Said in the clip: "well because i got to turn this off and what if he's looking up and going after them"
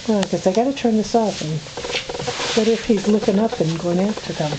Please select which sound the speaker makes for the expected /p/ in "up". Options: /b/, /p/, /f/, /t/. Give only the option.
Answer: /p/